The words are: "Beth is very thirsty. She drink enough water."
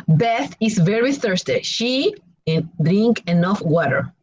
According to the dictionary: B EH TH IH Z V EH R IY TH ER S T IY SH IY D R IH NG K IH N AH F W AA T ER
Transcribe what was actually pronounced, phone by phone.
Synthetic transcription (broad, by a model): B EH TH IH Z V EH R IY TH ER S T IY SH IY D R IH NG K IH N AH F W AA T ER